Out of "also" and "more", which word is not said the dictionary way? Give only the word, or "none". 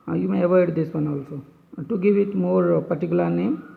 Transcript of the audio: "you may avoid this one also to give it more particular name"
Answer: none